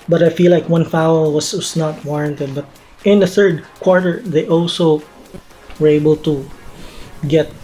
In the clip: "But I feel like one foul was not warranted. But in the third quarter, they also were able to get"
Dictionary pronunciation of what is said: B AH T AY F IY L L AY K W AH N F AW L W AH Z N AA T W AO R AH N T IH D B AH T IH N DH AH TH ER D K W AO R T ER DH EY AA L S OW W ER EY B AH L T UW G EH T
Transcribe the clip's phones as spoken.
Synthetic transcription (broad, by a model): B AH T AY F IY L L AY K W AH N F AW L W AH S N AA T W AO R AH N T IH D B AH T IH N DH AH TH ER D K W AO R T ER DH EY AA L S OW W ER EY B AH L T UW G EH T